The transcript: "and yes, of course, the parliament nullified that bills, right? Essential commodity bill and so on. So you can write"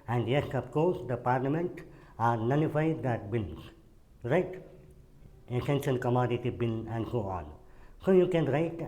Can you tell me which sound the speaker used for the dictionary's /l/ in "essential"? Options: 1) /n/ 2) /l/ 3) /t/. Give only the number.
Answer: 1